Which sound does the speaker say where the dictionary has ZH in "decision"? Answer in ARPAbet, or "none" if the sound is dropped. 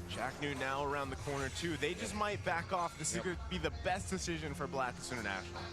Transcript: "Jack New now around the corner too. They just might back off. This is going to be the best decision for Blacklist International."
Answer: ZH